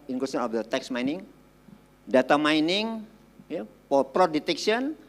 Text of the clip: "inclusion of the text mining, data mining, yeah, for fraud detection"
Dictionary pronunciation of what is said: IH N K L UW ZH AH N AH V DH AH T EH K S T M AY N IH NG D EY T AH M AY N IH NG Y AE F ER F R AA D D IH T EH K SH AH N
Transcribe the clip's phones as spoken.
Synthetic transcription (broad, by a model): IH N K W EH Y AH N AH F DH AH T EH K S M AY N IH NG D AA T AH M AY N IH NG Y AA P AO P R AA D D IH T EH K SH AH N